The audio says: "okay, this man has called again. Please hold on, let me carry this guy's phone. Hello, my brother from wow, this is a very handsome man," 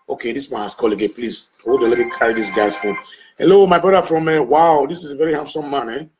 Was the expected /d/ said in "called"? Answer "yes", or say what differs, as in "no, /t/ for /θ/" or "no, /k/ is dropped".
no, /d/ is dropped